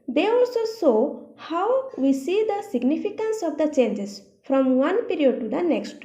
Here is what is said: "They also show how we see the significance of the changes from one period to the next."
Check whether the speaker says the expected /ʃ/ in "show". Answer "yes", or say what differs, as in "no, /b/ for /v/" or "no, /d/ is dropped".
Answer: no, /s/ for /ʃ/